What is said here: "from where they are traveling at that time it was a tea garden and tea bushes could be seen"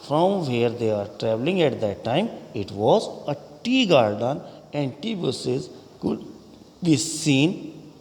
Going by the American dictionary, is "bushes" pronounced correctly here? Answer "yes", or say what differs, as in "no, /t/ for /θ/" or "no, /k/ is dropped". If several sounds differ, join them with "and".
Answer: no, /s/ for /ʃ/